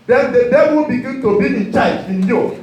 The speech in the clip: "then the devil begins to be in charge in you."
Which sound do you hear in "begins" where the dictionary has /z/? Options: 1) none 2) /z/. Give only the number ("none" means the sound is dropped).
1